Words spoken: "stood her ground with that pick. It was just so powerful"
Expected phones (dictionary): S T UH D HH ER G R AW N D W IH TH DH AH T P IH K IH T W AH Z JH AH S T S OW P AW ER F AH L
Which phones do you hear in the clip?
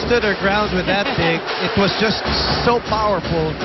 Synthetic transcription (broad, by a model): S T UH D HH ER G R AW N D W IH DH AH T B IH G IH T W AH Z JH AH S T S OW P AW ER F L